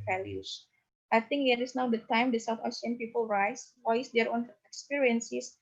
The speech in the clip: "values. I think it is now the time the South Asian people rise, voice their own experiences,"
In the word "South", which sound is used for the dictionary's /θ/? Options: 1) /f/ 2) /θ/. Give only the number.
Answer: 1